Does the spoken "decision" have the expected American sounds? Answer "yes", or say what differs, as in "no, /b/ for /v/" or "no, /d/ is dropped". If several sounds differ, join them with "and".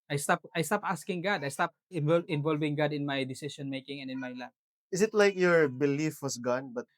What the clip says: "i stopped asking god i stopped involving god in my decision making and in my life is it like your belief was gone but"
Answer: no, /ʃ/ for /ʒ/